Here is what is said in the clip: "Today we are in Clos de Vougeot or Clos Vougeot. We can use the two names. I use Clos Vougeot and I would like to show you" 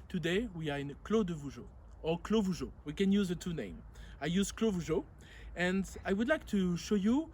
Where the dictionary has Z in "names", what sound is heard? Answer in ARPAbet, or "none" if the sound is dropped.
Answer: none